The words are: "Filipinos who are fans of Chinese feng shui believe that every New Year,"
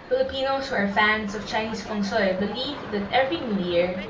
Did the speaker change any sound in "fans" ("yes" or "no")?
yes